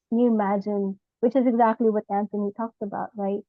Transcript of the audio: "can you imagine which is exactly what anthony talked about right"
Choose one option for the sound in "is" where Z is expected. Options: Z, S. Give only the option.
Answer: Z